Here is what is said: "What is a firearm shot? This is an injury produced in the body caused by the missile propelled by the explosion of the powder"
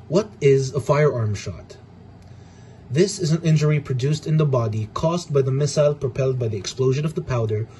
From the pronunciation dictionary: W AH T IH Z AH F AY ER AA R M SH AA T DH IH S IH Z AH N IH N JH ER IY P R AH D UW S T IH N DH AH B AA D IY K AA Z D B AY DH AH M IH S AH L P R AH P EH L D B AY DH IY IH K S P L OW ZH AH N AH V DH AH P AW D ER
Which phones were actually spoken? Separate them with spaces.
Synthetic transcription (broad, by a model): W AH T IH Z AH F AY ER AA R M SH AA T DH IH S IH Z AH N IH N JH ER IY P R AH D UW S T IH N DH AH B AA D IY K AA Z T B AY DH AH M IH S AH L P R AH P EH L D B AY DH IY IH K S P L OW ZH AH N AH V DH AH P AW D ER